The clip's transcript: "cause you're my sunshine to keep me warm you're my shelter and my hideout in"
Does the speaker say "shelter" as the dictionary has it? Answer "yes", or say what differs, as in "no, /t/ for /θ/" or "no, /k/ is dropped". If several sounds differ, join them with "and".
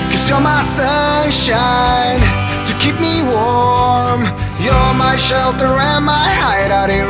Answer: yes